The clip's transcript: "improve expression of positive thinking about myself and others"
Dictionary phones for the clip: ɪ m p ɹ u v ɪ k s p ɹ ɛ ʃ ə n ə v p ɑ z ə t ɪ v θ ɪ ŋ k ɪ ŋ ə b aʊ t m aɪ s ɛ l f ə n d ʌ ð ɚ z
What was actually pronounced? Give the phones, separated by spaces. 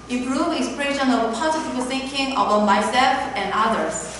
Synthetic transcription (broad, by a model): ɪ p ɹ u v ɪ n s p ɹ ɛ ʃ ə n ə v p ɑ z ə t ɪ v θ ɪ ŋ k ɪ ŋ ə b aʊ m aɪ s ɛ f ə n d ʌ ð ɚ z